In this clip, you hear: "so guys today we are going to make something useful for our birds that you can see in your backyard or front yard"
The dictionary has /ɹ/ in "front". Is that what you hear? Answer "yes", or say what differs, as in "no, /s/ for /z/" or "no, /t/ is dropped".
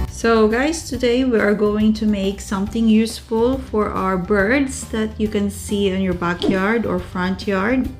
yes